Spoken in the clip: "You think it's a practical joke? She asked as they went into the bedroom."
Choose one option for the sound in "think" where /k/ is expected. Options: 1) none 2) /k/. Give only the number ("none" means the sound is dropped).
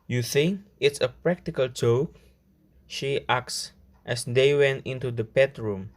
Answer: 2